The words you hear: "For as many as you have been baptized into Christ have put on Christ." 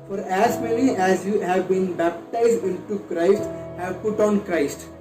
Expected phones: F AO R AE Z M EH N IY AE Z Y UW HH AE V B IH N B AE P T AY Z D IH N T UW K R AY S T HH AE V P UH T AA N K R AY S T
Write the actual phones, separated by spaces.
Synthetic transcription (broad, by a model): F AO R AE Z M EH L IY AE Z Y UW HH AE V B IH N B AE P T AY Z D IH N T UW K R AY S T HH AE V P UH T AA N K R AY S T